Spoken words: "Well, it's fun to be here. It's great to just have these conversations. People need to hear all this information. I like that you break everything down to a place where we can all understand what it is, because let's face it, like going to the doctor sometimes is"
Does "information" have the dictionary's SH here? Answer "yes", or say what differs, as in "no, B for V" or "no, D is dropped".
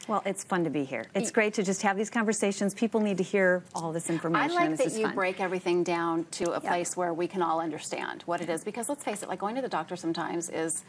no, SH is dropped